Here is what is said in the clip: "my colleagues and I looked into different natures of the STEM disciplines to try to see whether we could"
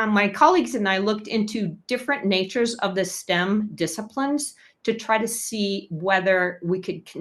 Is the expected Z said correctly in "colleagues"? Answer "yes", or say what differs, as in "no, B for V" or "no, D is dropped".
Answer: yes